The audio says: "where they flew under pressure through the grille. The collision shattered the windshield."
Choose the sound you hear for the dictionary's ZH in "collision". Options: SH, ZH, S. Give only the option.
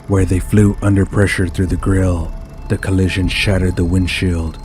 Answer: ZH